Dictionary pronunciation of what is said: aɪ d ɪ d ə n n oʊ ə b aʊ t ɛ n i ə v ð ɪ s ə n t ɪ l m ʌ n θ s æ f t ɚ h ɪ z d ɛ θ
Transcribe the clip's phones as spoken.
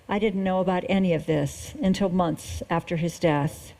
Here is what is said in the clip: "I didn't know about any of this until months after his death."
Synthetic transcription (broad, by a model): aɪ d ɪ d n n oʊ ə b aʊ t ɛ n i ə v ð ɪ s ə n t ɪ l m ʌ n θ s æ f t ɚ ɪ z d ɛ θ